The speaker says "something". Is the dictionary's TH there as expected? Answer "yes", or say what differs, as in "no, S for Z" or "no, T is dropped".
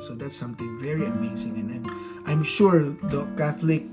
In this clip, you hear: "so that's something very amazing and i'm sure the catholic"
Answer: no, T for TH